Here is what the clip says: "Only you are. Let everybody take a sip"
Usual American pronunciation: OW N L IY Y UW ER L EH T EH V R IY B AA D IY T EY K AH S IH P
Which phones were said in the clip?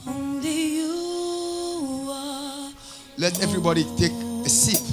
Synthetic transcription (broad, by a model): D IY Y UW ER L EH T EH V R IY B AA D IY T EY K AH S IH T